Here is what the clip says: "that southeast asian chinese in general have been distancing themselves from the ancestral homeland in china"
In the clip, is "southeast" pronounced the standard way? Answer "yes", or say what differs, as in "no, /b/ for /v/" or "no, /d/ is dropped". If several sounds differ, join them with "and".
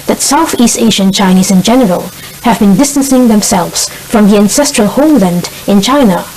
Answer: yes